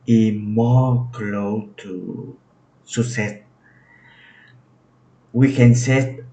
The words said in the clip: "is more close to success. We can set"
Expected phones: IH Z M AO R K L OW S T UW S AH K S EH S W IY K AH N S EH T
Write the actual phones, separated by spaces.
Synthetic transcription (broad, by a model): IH M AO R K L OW T UW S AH S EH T W IY K AH N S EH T